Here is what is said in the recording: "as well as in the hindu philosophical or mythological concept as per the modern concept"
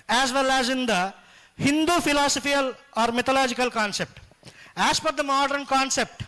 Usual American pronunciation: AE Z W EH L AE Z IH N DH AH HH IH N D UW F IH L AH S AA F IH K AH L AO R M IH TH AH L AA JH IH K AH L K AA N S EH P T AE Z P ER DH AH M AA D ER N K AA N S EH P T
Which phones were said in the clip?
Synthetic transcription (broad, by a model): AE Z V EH L AE Z IH N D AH HH IH N D UW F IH L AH S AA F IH AH L AO R M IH T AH L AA JH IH K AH L K AA N S EH P T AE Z F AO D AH M AA D ER N K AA N S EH P T